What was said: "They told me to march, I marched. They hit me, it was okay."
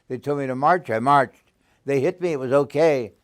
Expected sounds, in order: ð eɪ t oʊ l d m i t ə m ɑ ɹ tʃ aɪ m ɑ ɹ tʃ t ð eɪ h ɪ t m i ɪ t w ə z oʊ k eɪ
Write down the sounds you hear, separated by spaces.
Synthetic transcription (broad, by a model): ð eɪ t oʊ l m i t ə m ɑ ɹ tʃ aɪ m ɑ ɹ tʃ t ð eɪ h ɪ t m i ɪ t w ə z oʊ k eɪ